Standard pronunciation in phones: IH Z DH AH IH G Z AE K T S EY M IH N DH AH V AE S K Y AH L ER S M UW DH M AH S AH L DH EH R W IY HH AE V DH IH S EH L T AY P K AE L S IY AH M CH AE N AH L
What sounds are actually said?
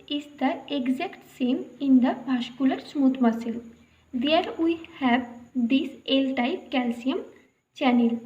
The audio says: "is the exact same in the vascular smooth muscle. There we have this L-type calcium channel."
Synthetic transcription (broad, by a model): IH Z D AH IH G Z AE K T S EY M IH N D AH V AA SH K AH L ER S M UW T M AH S AH L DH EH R W IY HH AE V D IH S EH L T AY P K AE L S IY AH M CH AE N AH L